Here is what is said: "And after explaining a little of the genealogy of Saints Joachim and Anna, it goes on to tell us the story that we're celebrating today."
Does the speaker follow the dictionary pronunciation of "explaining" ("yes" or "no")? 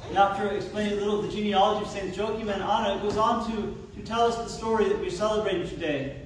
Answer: no